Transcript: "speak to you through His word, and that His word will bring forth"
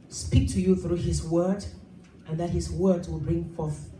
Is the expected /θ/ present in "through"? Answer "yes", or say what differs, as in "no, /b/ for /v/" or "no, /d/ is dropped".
yes